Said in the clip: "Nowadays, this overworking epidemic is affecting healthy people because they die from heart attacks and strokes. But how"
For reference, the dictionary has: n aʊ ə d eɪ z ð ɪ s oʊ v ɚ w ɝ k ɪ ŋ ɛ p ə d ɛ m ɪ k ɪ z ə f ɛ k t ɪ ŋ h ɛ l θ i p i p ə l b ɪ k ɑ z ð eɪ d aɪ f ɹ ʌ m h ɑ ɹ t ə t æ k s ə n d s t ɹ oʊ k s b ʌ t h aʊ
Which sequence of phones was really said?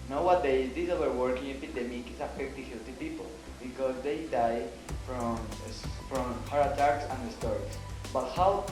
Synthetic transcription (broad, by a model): n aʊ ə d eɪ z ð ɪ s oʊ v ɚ w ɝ k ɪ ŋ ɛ p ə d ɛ m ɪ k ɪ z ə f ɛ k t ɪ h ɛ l t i p i p ə l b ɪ k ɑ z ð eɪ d aɪ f ɹ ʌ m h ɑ ɹ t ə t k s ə n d s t ɹ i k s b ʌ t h aʊ